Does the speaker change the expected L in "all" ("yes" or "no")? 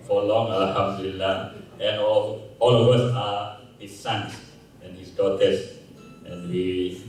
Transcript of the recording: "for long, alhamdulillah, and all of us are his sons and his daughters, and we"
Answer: no